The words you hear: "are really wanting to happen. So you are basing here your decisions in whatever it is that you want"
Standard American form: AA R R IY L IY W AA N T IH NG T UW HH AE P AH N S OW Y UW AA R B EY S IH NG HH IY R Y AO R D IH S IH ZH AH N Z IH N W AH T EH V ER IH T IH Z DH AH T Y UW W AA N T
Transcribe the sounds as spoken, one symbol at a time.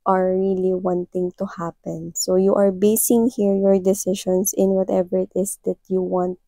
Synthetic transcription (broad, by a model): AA R R IY L IY W AA N T IH NG T UW HH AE P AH N S OW Y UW AA R B EY S IH NG HH IY R Y AO R D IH S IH SH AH N S IH N W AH T EH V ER IH T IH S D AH T Y UW W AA N T